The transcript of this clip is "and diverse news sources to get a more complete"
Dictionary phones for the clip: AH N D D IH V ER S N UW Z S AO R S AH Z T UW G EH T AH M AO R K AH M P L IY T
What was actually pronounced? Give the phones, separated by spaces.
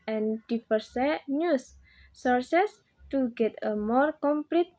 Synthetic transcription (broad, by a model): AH N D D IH P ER S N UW S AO R S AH S T UW G EH T AH M AO R K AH M P L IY T